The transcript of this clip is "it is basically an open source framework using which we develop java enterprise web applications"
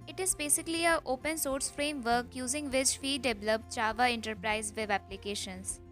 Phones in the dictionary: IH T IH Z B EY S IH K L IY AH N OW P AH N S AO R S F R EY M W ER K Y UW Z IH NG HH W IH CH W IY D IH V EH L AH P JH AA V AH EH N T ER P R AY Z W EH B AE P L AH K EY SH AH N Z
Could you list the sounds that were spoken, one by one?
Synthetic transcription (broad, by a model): IH T IH Z B EY S IH K L IY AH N OW P AH N S AO R S F R EY M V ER K Y UW Z IH NG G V IH CH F IY D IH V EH L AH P CH AA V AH EH N T ER P R AY Z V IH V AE P L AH K EY SH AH N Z